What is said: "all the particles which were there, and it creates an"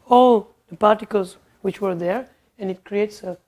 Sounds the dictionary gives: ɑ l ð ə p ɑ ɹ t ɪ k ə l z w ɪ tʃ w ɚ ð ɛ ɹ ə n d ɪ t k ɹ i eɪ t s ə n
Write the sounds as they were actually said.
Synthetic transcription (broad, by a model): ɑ l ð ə p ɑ ɹ t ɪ k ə l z w ɪ tʃ w ɚ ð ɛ ɹ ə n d ɪ t k ɹ i eɪ t s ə